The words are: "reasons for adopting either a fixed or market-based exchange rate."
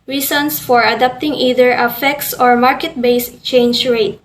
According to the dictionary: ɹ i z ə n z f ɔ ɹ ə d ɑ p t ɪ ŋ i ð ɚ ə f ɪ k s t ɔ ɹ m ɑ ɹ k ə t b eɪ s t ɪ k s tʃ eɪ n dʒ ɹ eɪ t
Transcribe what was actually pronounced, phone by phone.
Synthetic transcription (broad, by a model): ɹ i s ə n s f ɔ ɹ ə d ɑ p t ɪ ŋ i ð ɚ ə f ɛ k s ɔ ɹ m ɑ ɹ k ə t b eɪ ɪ s tʃ eɪ n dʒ ɹ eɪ t